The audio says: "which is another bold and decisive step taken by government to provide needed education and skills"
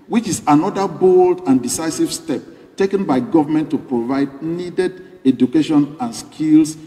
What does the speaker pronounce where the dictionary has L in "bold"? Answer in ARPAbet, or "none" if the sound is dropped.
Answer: L